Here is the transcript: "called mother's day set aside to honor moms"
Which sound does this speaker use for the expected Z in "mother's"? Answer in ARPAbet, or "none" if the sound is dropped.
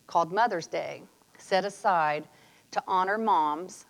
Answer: Z